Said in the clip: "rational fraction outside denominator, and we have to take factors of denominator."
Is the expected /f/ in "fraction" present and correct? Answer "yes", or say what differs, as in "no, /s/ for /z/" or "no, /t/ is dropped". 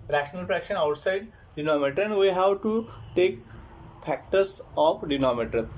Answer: no, /p/ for /f/